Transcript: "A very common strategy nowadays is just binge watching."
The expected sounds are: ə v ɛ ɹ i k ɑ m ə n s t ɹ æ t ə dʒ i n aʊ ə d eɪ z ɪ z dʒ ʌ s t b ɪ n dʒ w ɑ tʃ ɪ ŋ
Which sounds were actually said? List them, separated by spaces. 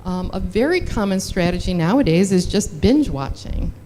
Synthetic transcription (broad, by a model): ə v ɛ ɹ i k ɑ m ə n s t ɹ æ t ə dʒ i n aʊ ə d eɪ z ɪ z dʒ ʌ s t b ɪ n dʒ w ɑ tʃ ɪ ŋ